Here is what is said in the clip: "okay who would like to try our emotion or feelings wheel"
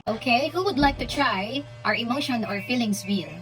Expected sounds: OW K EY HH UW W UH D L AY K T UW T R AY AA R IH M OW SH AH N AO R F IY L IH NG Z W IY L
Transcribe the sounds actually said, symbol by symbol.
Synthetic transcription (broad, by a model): OW K EY HH UW W UH D L AY K T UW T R AY AA R IH M OW SH AH N AO R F IY L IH NG S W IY L